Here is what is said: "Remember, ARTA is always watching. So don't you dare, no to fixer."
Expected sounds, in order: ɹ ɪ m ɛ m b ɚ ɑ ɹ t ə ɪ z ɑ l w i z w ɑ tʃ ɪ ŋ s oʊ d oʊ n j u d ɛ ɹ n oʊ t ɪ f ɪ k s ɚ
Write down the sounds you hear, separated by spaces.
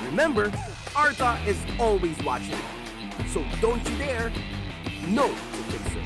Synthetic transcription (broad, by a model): ɹ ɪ m ɛ m b ɚ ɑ ɹ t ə ɪ z ɑ l w i z w ɑ tʃ ɪ ŋ s oʊ d oʊ n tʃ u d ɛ ɹ n oʊ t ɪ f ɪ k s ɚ